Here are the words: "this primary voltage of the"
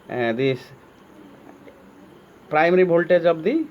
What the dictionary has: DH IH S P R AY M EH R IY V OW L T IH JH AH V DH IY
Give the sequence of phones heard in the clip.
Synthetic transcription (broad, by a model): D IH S P R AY M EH R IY B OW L T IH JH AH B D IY